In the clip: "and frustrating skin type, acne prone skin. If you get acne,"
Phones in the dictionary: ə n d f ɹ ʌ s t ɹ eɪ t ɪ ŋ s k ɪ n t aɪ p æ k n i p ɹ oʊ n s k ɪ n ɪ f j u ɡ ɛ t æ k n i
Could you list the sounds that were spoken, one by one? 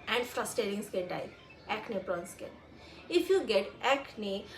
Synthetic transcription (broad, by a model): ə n d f ɹ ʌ s t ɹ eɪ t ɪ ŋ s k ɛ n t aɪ æ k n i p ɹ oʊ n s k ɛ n ɪ f j u ɡ ɛ t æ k n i